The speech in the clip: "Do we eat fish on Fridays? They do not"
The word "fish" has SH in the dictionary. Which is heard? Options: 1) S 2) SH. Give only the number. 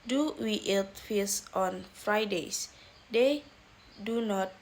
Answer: 1